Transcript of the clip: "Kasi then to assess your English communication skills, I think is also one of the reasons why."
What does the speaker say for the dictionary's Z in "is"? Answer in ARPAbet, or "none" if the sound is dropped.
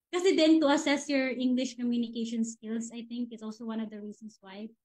S